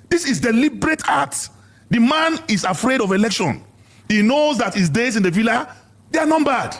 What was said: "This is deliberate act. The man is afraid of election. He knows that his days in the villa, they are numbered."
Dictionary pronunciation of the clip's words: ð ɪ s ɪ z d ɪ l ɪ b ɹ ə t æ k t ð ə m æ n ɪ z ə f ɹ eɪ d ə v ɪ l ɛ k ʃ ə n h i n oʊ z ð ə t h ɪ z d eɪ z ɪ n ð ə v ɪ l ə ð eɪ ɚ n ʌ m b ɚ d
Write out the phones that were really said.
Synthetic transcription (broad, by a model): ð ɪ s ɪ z d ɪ l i b ɹ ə t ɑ t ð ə m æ n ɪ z ə f ɹ eɪ d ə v ɪ l ɛ k ʃ ə n h i n oʊ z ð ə t h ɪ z d eɪ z ɪ n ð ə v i l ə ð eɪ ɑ n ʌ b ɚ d